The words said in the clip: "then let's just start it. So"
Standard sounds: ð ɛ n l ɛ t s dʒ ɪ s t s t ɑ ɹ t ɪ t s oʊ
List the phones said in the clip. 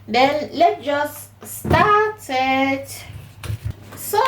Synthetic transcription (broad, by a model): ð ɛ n l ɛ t dʒ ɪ s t s t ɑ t ɪ t s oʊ